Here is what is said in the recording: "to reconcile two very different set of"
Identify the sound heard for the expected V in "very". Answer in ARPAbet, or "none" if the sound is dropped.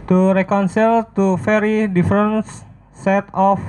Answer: F